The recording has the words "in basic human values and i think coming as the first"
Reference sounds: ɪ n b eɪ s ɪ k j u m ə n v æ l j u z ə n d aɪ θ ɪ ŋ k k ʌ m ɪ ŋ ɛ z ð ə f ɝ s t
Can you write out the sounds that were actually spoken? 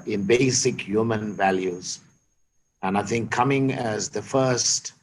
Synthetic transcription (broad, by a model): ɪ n b eɪ s ɪ k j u m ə n v æ l j u z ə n aɪ θ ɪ ŋ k k ʌ m ɪ ŋ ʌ z ð ə f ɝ s t